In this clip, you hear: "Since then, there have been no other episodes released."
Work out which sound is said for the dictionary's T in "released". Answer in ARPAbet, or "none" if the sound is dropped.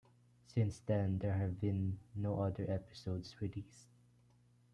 none